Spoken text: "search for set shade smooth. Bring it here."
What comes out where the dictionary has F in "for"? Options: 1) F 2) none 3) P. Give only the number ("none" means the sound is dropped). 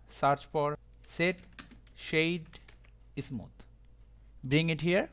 3